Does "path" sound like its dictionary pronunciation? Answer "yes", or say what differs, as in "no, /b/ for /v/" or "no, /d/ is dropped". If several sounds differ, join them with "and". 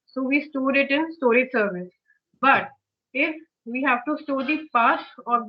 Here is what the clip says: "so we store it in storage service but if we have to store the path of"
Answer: no, /s/ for /θ/